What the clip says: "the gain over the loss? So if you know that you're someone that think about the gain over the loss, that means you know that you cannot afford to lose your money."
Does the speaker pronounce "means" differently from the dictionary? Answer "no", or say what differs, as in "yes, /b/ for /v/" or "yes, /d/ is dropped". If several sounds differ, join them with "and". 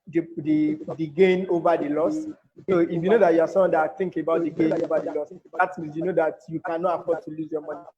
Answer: yes, /n/ is dropped